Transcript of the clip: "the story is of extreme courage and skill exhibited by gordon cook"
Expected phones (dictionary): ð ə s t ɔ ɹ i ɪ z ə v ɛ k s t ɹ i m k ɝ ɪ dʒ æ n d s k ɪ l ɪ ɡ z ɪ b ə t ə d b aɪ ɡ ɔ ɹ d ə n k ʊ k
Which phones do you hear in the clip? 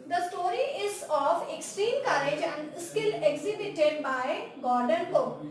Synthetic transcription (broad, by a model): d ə s t ɔ ɹ i ɪ z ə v ɛ k s t ɹ i m k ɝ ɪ dʒ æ n d s k ɪ l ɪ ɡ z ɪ b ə t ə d b aɪ ɡ ɔ ɹ d ə n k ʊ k